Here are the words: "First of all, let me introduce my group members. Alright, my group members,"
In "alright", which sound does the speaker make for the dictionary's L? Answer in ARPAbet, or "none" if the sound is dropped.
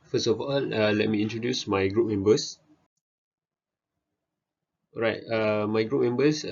none